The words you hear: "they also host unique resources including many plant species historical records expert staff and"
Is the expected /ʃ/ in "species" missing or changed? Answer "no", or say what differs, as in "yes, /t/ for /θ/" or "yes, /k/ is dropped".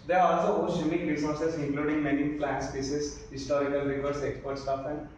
yes, /s/ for /ʃ/